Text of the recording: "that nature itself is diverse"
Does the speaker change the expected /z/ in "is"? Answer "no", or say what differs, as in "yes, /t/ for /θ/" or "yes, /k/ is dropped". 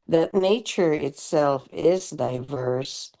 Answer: no